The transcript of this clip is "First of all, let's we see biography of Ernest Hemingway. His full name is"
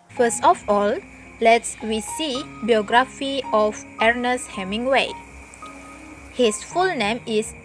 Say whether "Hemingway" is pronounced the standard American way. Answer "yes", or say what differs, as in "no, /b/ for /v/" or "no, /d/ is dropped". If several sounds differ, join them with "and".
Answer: yes